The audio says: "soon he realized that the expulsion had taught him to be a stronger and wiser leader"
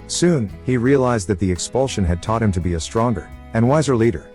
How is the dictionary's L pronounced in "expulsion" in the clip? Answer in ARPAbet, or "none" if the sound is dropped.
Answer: L